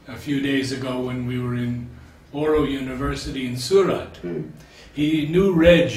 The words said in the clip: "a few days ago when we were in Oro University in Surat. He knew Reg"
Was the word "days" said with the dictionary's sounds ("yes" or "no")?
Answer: yes